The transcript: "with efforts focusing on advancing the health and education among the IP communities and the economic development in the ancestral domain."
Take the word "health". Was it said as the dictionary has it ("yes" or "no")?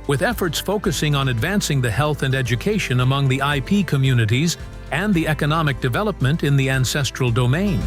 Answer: yes